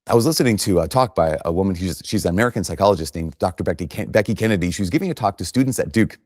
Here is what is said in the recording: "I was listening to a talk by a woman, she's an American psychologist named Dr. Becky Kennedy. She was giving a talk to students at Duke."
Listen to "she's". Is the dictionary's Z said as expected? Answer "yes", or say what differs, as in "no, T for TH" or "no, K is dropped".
yes